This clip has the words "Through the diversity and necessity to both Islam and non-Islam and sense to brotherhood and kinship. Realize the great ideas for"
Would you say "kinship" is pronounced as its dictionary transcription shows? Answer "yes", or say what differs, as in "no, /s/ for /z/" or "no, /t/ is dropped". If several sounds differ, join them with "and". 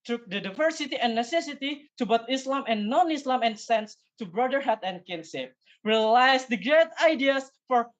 no, /s/ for /ʃ/